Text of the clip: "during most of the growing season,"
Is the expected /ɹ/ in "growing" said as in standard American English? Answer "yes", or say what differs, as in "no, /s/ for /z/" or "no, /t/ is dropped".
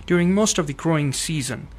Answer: yes